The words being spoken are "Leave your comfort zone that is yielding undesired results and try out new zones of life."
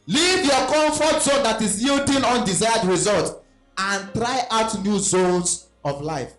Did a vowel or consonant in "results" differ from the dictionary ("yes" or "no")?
yes